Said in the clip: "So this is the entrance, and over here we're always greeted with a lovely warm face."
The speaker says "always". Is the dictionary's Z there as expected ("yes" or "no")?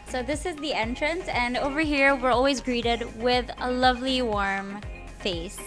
yes